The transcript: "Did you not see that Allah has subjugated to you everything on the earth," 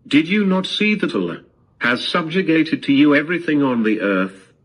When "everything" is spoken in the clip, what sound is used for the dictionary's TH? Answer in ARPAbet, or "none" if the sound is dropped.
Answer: TH